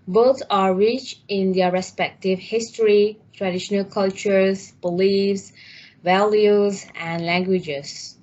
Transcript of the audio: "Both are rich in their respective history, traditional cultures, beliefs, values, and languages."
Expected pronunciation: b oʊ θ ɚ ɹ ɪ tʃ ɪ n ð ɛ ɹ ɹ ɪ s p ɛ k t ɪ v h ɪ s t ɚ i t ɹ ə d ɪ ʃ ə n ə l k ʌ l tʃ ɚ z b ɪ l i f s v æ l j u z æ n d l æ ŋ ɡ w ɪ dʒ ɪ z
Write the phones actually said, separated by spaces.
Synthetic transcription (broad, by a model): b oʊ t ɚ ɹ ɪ tʃ ɪ n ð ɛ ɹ ɹ ɪ s p ɛ k t ɪ v h ɪ s t ɚ i t ɹ ə d ɪ ʃ ə n ə l k ʌ l tʃ ɚ z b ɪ l i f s v æ l j u z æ n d l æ ŋ ɡ w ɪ dʒ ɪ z